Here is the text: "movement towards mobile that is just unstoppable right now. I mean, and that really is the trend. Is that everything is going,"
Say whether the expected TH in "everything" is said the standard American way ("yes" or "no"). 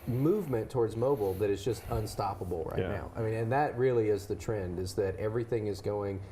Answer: yes